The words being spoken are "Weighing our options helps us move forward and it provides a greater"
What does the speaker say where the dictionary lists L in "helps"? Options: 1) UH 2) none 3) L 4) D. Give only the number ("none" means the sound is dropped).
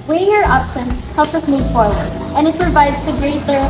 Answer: 3